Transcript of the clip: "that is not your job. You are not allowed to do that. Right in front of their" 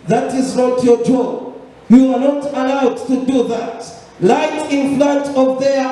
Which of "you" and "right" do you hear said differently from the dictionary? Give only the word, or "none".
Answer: right